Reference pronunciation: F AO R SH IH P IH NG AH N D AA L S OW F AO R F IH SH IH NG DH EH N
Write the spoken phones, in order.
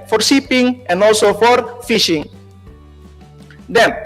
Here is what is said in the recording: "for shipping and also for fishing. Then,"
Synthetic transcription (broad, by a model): F AO R S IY P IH NG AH N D AA L S OW F AO R F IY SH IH NG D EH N